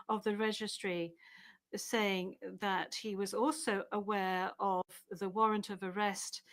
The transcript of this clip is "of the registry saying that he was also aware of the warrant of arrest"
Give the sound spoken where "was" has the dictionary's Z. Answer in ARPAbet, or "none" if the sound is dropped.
Z